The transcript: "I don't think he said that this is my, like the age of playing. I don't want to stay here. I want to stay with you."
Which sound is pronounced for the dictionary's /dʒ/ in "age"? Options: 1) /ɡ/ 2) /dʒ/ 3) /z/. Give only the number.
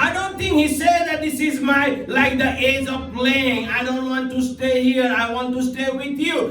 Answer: 2